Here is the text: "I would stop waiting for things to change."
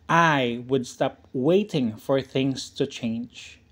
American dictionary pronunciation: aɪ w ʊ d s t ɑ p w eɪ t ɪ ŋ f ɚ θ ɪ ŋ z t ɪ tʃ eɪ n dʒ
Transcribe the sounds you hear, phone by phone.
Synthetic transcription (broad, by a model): aɪ w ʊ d s t ɑ p w eɪ t ɪ ŋ f ɚ θ ɪ ŋ z t ɪ tʃ eɪ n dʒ